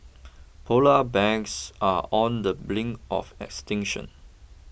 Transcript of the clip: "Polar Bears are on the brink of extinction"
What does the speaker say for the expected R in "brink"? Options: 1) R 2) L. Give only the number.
2